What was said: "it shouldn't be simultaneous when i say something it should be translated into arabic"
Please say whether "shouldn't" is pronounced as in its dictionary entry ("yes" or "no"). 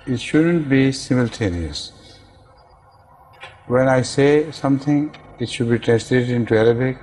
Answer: yes